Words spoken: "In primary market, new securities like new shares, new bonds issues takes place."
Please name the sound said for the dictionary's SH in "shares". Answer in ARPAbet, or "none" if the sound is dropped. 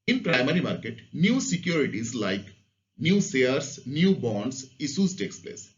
S